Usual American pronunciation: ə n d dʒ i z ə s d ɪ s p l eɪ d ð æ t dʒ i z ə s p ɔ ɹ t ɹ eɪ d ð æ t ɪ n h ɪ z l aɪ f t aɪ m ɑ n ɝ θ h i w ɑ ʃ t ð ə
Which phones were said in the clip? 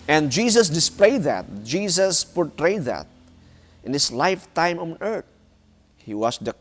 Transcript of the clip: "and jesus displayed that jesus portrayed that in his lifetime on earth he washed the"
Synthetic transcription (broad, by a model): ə n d dʒ i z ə s d ɪ s p l eɪ d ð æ t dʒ i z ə s p ɔ ɹ t ɹ eɪ d ð æ t ɪ n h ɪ s l aɪ f t aɪ m ɑ n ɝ t h i w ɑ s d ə